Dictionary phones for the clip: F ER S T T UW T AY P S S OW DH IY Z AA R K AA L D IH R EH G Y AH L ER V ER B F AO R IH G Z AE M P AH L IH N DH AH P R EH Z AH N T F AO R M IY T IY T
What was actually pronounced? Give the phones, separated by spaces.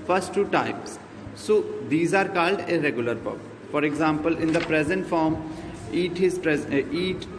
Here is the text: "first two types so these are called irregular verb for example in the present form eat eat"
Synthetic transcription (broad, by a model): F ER S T T UW T AY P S S OW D IY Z AA R K AA L D IH R EH G Y AH L ER P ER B F AO R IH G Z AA M P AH L IH N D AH P R EH Z AH N T F AO R M IY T IY T